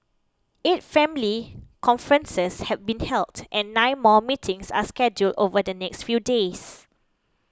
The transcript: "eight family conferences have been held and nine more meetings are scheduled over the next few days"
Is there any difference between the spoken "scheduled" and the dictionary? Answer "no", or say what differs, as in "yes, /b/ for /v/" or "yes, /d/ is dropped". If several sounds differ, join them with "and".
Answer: no